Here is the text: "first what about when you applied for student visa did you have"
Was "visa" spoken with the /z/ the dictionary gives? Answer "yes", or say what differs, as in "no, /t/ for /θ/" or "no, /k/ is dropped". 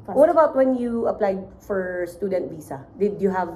no, /s/ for /z/